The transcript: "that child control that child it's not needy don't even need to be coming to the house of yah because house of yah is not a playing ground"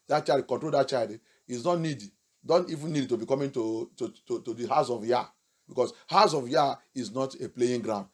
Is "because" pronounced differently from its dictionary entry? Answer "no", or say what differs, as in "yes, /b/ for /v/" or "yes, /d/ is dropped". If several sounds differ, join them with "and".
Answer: yes, /s/ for /z/